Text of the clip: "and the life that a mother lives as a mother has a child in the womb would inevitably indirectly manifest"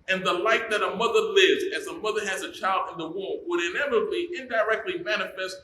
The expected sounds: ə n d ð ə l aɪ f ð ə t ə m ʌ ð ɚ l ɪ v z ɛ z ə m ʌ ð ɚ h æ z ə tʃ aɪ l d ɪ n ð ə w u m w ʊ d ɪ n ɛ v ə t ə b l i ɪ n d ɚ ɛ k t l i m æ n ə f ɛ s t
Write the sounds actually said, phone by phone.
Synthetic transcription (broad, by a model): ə n ð ə l aɪ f ð ə t ə m ʌ ð ɚ l ɪ v z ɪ z ə m ʌ ð ɚ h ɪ z ə tʃ aɪ l d ɪ n ð ə w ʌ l w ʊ d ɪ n ɛ v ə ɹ b i ɪ n d ɚ ɛ k t l i m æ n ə f ɛ s t